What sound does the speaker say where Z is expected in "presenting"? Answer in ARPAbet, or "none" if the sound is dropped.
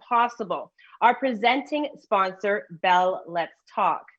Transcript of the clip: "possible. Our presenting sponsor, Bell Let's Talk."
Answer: Z